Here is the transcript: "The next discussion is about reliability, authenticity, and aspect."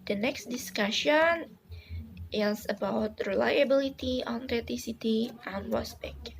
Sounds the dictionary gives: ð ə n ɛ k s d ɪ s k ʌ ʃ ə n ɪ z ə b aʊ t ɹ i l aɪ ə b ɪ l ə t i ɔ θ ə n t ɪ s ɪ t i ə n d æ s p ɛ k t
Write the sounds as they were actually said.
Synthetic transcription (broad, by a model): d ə n ɛ k s d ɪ s k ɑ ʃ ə n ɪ s ə b aʊ t ɹ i l aɪ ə b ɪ l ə t i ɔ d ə t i s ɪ t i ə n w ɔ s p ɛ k